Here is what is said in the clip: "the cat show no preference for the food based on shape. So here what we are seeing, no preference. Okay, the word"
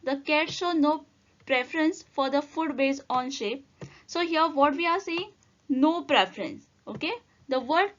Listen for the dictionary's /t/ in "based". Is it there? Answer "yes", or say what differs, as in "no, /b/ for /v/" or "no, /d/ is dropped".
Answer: no, /t/ is dropped